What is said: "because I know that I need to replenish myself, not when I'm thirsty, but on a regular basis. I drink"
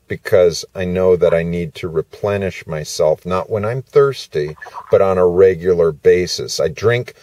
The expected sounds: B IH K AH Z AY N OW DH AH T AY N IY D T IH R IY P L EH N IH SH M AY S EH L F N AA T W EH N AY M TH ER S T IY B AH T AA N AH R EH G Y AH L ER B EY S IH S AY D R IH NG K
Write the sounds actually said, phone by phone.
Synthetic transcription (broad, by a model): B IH K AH Z AY N OW DH AH T AY N IY D T IH R IY P L EH N IH SH M AY S EH L F N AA T W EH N AY M TH ER S T IY B AH T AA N AH R EH G Y L ER B EY S IH S AY D R IH NG K